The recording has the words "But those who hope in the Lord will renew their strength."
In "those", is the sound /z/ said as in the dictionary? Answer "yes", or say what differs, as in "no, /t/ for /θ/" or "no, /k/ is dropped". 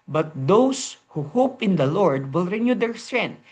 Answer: no, /s/ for /z/